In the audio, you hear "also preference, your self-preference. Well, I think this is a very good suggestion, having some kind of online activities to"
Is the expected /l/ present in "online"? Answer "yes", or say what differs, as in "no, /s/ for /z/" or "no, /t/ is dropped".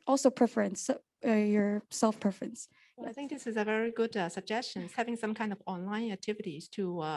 yes